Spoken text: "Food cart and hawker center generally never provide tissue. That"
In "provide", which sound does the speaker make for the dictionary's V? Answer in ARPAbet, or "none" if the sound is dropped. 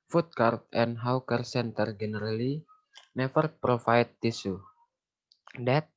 F